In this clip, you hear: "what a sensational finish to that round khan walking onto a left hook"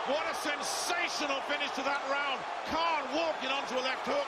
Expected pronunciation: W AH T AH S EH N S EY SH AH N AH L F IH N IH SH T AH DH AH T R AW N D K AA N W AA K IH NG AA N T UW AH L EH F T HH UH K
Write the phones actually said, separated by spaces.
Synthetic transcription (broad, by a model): W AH T AH S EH N S EY SH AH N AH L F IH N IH S T AH DH AH T R AW N D K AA N W AA K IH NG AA N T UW AH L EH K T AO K